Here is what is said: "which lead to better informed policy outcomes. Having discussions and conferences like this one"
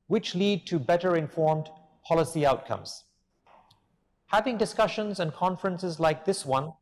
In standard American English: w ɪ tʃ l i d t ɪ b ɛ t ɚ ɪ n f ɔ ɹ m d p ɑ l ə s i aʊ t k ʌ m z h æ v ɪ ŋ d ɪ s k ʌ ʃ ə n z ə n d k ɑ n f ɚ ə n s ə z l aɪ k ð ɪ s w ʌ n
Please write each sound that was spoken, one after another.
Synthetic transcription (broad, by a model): w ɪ tʃ l i d t ɪ b ɛ t ɚ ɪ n f ɔ ɹ m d p ɑ l ə s i aʊ t k ʌ m z h æ v ɪ ŋ d ɪ s k ʌ ʃ ə n z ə n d k ɑ n f ɚ ə n s ə z l aɪ k ð ɪ s w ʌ n